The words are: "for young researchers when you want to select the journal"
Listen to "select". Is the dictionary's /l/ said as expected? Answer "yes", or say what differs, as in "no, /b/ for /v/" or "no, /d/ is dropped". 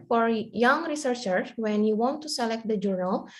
yes